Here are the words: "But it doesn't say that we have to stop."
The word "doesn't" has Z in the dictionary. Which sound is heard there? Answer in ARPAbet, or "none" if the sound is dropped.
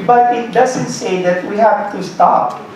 Z